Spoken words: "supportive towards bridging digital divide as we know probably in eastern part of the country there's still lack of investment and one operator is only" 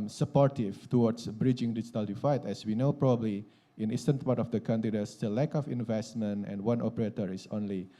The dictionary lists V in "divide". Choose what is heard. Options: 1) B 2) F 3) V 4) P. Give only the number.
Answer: 2